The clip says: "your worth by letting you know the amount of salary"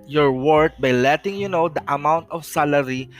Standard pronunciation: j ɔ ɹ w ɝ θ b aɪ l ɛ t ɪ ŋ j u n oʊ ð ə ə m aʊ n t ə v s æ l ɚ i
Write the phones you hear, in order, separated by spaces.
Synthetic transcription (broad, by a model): j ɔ ɹ w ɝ t b aɪ l ɛ t ɪ ŋ j u n oʊ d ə ə m aʊ n t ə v s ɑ l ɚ i